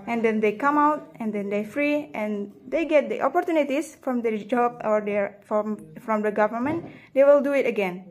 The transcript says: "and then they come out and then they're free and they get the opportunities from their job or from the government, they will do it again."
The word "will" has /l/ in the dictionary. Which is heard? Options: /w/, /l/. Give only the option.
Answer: /l/